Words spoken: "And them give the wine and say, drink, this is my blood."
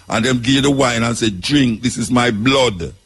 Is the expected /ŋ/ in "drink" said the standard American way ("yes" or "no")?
yes